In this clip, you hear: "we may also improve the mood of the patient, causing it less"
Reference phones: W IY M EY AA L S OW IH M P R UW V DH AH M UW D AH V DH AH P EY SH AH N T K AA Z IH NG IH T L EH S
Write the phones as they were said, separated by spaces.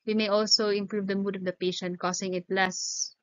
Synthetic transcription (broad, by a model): W IY M EY AA L S OW IH M P R UW V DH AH M UW D AH V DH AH P EY SH AH N T K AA S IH NG IH T L EH S